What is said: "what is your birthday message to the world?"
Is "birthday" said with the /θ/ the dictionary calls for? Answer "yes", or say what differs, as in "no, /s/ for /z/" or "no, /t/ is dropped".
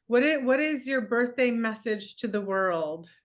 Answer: yes